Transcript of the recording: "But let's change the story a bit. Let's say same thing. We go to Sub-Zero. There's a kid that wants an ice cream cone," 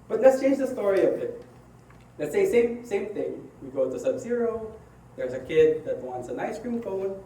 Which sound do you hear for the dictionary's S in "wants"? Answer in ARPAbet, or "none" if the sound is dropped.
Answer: S